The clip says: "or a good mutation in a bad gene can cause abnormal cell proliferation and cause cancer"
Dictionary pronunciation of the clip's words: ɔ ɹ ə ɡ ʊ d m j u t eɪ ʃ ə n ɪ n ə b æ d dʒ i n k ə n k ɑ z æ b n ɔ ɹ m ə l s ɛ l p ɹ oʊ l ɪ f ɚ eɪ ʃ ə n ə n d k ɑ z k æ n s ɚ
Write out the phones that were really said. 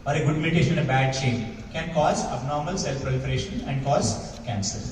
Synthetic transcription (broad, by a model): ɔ ɹ ə ɡ ʊ d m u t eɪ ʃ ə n ɪ n ə b æ d tʃ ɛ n k ə n k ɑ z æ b n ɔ ɹ m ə l s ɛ l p ɹ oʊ l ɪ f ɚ eɪ ʃ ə n ə n d k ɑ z k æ n s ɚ